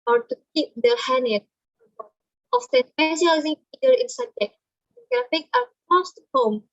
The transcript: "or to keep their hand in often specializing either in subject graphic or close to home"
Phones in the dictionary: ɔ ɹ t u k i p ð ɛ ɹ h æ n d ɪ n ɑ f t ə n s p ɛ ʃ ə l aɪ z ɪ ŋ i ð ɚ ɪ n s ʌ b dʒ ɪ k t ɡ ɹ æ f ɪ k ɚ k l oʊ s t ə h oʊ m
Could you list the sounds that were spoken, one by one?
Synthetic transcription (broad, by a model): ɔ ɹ t u k i p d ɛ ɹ h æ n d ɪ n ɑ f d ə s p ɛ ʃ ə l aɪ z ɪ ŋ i ɚ ɪ n s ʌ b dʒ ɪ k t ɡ ɹ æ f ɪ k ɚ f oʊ s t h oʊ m